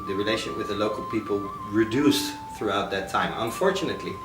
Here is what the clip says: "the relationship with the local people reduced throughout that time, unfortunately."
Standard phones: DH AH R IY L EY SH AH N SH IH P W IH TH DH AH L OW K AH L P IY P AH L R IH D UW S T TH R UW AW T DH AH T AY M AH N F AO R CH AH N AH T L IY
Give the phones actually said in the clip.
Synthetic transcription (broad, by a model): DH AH R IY L EY AH SH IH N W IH DH AH L OW K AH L P IY P AH L R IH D UW S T TH R UW AW T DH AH T AY M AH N F AO R CH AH N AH T L IY